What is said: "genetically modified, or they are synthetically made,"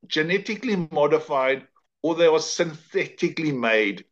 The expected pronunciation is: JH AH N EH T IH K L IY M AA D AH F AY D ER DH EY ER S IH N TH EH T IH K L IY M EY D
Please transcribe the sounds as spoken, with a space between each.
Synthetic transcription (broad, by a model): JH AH N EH T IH K L IY M AA D AH F AY D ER DH EY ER S IH N TH EH T IH K L IY M EY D